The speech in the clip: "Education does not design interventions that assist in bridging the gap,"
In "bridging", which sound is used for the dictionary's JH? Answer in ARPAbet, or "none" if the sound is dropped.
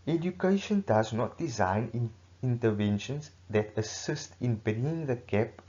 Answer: none